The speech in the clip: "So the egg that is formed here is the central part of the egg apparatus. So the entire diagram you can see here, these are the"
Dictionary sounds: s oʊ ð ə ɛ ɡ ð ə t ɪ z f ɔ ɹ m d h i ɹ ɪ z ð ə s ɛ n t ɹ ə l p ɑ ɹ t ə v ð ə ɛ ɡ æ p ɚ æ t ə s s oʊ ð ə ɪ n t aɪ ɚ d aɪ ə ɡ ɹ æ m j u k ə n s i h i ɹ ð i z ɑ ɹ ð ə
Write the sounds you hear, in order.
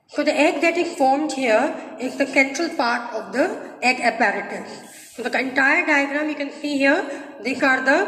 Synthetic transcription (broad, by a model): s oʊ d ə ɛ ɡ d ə t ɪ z f ɔ ɹ m d h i ɹ ɪ z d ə s ɛ n t ɹ ə l p ɑ ɹ t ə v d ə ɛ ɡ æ p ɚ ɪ t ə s s oʊ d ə ɪ n t aɪ ɚ d aɪ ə ɡ ɹ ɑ m j u k ə n s i h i ɹ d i s ɑ ɹ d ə